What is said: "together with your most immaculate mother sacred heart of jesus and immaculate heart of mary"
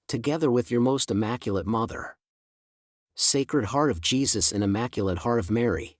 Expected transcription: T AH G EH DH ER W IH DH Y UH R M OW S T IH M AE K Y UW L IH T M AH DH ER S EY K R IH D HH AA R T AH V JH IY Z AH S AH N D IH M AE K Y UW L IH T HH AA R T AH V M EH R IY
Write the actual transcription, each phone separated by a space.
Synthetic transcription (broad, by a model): T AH G EH DH ER W IH DH Y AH R M OW S T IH M AE K Y L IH T M AH DH ER S EY K R IH D HH AA R T AH V JH IY Z AH S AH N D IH M AE K Y L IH T HH AA R T AH V M EH R IY